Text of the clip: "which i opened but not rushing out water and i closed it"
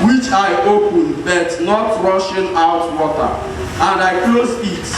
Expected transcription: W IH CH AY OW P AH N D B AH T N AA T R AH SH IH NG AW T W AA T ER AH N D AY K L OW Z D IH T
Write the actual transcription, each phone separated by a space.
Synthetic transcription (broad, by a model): W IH CH AY OW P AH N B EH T N AA T R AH SH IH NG AW T W AA T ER AH N D AY K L OW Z IH T